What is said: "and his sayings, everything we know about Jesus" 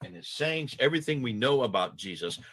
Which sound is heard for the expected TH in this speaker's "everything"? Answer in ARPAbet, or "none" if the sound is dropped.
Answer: TH